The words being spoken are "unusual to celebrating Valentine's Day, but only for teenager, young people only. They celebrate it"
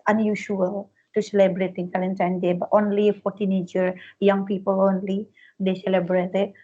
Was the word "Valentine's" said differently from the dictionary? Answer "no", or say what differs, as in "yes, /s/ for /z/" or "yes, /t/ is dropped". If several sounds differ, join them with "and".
yes, /z/ is dropped